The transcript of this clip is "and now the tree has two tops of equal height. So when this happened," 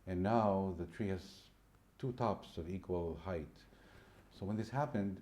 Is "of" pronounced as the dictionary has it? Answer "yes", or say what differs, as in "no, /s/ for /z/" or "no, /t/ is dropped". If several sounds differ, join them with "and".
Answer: yes